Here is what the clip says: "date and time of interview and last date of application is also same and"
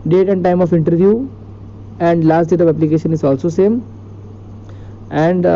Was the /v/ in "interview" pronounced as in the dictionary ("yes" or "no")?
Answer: yes